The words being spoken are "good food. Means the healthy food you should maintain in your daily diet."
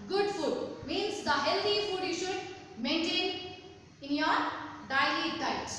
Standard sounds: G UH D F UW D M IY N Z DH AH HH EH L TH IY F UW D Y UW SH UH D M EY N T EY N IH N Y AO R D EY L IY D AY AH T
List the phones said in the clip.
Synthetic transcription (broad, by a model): G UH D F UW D M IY N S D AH HH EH L T IY F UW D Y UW SH UH D M EY N T EY N IH N Y AO R D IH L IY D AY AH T